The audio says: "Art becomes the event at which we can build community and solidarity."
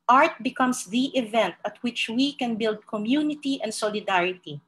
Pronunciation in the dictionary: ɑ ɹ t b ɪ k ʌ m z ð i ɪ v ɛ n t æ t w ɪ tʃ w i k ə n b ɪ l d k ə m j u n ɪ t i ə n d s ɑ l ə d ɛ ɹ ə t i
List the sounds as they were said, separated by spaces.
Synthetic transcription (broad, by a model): ɑ ɹ t b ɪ k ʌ m s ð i ɪ v ɛ n t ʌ t w ɪ tʃ w i k ə n b ɪ l d k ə m j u n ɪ t i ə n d s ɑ l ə d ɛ ɹ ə t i